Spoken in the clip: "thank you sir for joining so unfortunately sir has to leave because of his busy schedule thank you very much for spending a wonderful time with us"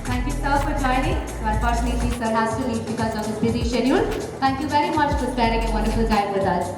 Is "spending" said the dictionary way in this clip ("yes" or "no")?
no